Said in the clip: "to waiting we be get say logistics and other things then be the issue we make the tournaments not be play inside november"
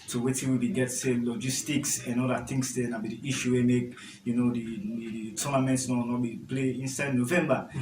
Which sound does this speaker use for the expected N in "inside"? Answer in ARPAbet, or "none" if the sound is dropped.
N